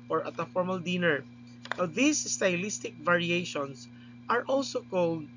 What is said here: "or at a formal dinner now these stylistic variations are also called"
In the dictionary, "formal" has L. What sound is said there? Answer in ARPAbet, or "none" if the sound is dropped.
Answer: L